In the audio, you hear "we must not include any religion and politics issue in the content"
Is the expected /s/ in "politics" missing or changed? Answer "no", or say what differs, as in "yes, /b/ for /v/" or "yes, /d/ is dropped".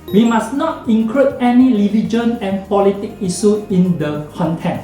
yes, /s/ is dropped